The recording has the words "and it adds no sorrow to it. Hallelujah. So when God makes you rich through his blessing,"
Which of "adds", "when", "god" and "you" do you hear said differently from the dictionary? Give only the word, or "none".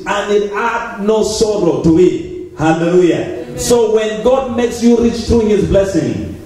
adds